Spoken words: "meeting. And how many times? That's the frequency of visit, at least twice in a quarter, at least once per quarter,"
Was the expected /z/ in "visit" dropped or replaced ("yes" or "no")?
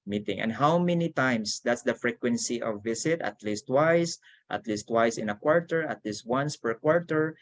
yes